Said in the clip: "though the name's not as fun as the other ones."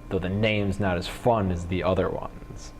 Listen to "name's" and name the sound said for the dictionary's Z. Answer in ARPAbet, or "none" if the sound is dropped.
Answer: Z